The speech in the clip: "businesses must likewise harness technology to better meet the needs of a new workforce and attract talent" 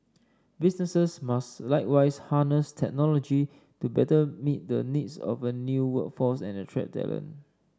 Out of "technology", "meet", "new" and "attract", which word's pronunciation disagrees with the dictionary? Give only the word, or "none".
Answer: attract